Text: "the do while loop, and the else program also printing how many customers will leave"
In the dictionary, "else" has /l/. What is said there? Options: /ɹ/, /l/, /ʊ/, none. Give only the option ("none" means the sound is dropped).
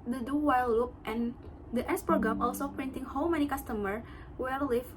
none